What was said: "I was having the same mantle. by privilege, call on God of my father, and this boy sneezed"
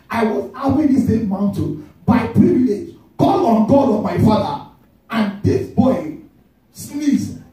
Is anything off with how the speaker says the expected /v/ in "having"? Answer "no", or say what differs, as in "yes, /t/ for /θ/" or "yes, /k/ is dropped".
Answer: yes, /w/ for /v/